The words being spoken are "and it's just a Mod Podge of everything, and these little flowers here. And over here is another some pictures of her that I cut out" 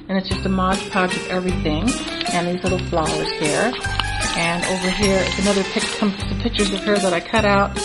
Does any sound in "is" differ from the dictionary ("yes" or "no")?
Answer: yes